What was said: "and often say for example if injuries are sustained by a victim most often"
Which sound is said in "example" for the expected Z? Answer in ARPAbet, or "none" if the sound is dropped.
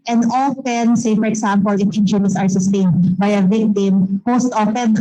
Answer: S